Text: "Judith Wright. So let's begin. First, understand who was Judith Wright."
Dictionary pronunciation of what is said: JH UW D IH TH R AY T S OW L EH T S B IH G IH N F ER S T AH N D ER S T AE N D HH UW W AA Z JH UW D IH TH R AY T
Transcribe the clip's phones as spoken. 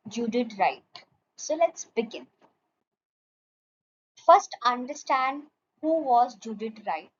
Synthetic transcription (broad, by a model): JH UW D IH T R AY T S OW L EH T S B IH G IH N F ER S T AH N D ER S T AE N D HH UW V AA Z JH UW D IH T R AY T